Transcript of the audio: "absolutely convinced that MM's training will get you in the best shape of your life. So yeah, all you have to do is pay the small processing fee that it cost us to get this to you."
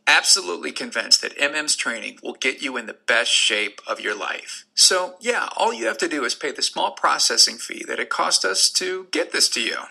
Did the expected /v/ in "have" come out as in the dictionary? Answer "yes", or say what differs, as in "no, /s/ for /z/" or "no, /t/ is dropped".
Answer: no, /f/ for /v/